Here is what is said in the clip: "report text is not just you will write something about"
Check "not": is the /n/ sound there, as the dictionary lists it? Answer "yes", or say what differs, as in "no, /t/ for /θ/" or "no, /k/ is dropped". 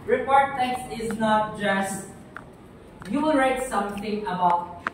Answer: yes